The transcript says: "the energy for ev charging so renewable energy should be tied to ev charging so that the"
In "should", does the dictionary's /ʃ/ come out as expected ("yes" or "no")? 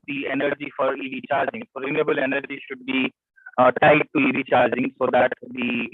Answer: yes